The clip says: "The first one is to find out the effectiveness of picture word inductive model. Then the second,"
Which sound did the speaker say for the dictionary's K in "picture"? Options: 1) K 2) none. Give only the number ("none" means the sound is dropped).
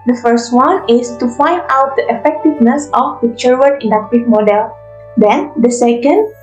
2